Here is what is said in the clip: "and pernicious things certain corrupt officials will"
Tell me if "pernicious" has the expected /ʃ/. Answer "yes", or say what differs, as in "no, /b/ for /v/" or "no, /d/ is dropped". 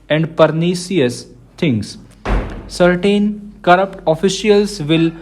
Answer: no, /s/ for /ʃ/